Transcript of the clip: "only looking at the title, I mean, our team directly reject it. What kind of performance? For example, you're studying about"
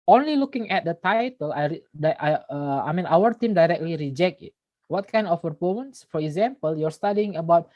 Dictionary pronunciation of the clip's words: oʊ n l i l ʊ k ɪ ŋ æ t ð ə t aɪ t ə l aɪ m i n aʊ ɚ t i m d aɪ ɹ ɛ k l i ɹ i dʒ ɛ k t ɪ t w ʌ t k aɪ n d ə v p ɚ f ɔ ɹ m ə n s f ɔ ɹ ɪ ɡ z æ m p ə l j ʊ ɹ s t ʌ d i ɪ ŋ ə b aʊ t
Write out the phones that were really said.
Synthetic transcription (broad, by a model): oʊ n l i l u k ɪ ŋ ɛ t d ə t aɪ t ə l aɪ m i n aʊ ɚ t i m d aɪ ɹ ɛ k l i ɹ i dʒ ɛ k t ɪ t w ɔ t k aɪ n d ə f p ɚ p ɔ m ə n s f ɔ ɹ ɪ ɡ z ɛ m p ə l j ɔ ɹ s t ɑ d i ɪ ŋ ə b aʊ t